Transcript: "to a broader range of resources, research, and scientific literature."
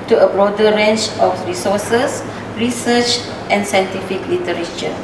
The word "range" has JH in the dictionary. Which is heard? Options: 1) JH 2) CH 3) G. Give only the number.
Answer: 2